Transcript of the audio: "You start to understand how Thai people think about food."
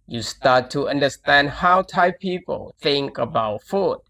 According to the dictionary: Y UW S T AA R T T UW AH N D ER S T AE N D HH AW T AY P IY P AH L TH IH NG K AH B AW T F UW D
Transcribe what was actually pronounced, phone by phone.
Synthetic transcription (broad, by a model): Y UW S T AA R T T UW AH N D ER S T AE N D HH AW T AY P IY P AH L TH IH NG K AH B AW T F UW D